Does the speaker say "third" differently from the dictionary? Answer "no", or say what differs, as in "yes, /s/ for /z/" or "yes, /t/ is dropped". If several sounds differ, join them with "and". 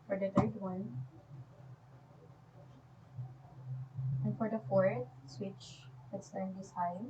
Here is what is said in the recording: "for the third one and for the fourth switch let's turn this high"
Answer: yes, /t/ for /θ/